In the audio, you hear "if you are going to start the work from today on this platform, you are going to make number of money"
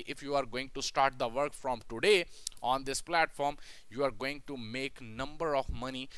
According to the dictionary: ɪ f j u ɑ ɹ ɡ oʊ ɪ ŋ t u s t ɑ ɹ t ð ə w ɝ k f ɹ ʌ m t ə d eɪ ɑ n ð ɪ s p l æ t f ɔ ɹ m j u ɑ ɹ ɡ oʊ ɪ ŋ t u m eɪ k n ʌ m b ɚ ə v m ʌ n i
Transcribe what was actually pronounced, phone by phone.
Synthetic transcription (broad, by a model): ɪ f j u ɑ ɹ ɡ oʊ ɪ ŋ t u s t ɑ ɹ t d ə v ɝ k f ɹ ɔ m t ə d eɪ ɑ n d ɪ s p l æ t f ɔ ɹ m j u ɑ ɹ ɡ oʊ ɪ ŋ t u m eɪ k n ʌ m b ɚ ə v m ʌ n i